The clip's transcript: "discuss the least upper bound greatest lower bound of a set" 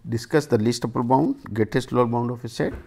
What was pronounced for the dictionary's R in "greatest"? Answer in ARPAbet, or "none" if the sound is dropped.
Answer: none